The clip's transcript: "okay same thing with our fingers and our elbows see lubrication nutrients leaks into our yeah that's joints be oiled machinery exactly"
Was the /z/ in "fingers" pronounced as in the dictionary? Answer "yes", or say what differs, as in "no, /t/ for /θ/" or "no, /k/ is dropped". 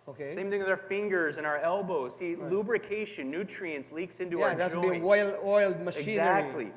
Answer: yes